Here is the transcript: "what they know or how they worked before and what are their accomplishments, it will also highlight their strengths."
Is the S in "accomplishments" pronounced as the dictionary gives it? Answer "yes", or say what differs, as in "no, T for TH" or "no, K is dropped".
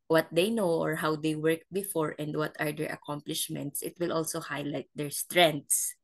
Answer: yes